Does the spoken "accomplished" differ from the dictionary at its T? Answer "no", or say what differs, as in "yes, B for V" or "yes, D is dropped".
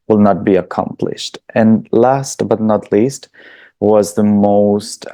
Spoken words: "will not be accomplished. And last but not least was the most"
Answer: no